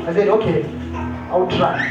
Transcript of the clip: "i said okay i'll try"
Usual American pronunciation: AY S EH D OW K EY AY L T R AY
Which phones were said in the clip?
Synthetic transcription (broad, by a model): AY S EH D OW K EY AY W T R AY